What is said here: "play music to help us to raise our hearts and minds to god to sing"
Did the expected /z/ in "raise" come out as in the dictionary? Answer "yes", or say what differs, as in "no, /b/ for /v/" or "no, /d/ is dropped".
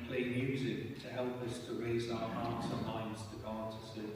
yes